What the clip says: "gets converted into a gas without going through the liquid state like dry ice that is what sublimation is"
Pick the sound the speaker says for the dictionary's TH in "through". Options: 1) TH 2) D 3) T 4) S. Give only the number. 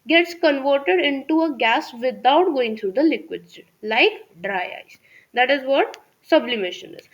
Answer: 3